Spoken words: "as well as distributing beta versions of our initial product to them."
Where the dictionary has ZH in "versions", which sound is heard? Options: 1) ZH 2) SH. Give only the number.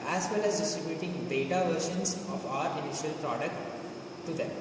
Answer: 2